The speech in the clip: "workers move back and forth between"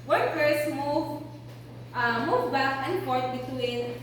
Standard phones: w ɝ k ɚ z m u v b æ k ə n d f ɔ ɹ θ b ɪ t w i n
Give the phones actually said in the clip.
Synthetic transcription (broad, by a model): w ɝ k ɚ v m u v b æ k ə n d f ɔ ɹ t b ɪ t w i n